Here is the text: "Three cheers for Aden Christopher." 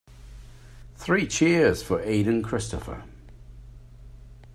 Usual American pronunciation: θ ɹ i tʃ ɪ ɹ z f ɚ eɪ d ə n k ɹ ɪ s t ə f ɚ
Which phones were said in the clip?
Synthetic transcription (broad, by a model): θ ɹ i tʃ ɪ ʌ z f ɚ eɪ d ə n k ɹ ɪ s t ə f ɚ